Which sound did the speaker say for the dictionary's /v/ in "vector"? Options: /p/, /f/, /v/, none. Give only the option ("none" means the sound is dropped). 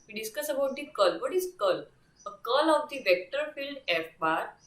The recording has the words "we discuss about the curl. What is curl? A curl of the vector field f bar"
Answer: /v/